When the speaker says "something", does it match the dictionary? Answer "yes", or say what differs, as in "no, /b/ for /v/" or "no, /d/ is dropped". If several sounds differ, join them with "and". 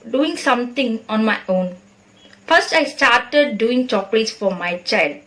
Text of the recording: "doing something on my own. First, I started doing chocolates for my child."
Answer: no, /t/ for /θ/